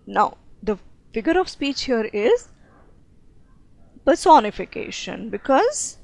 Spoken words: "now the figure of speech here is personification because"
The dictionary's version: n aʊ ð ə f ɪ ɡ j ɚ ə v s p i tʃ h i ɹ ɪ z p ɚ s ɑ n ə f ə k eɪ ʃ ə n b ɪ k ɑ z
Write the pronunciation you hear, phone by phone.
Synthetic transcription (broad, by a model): n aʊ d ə f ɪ ɡ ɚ ə v s p i tʃ h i ɹ ɪ z p ɚ s ɑ n ə f ə k eɪ ʃ ə n b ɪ k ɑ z